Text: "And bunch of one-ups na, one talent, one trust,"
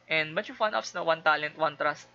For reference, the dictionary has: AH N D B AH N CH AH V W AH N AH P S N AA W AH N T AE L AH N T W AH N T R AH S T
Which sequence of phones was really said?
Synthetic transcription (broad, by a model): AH N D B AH CH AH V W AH N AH F S N AA W AH N T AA L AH N T W AH N T R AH S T